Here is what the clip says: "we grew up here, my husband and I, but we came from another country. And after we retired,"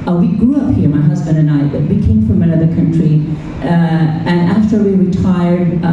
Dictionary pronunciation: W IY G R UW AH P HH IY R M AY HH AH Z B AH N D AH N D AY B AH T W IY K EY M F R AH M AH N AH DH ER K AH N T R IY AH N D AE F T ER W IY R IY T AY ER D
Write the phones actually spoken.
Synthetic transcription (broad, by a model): W IY G R UW AH P HH IY R M AY HH AH Z B AH N D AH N AY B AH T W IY K EY M F R AH M AH N AH DH ER K AH N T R IY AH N AE F T ER W IY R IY T AY ER D